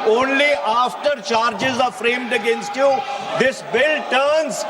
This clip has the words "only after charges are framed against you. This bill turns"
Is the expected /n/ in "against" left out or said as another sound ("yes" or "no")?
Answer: no